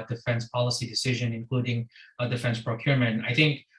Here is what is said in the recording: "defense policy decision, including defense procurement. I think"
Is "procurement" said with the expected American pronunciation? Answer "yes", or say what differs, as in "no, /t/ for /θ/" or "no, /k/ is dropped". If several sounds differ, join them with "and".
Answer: yes